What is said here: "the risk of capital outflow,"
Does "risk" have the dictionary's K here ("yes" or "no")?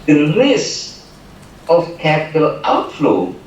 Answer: no